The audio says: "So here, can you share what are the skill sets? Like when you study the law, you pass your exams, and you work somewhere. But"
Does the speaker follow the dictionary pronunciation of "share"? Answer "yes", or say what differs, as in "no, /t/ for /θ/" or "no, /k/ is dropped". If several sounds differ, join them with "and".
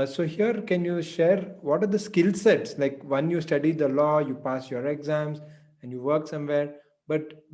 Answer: yes